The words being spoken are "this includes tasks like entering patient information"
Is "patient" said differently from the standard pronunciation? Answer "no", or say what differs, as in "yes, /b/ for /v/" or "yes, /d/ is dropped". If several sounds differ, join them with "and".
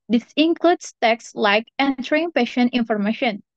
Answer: no